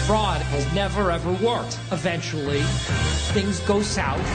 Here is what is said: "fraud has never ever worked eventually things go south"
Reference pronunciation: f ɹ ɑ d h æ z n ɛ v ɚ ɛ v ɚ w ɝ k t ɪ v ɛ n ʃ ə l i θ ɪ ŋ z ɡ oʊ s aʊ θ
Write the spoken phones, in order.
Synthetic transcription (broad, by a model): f ɹ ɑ d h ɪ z n ɛ v ɚ ɛ v ɚ w ɝ k t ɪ v ɛ n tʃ l i θ ɪ ŋ z ɡ oʊ s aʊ